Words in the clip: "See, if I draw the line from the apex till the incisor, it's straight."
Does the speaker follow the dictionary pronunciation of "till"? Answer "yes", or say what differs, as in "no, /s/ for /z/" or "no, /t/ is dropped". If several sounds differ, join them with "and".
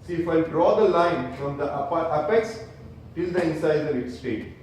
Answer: yes